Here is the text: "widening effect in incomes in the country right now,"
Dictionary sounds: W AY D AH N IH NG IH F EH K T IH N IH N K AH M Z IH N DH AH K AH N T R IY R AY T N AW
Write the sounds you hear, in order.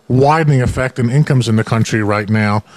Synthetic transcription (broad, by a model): W AY D N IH NG IH F EH K T IH N IH N K AH M Z IH N DH AH K AH N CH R IY R AY T N AW